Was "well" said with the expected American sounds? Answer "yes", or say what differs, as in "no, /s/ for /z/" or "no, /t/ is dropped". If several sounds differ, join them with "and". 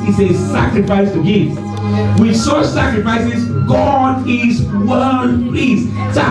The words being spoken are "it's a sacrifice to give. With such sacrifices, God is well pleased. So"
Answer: no, /n/ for /l/